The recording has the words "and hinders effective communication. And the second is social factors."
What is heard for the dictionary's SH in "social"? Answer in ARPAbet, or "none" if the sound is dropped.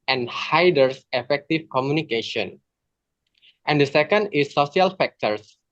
none